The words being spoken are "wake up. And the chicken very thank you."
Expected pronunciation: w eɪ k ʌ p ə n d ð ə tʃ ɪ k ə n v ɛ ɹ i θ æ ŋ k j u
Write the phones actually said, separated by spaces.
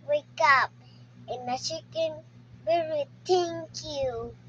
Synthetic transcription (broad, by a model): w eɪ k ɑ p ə n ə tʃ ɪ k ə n b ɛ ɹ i t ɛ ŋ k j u